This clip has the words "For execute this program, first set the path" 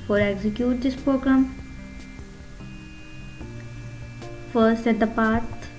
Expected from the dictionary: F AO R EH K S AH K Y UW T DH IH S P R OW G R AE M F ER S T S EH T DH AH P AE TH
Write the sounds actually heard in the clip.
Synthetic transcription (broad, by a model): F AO R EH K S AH K Y UW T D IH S P R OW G R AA M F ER T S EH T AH P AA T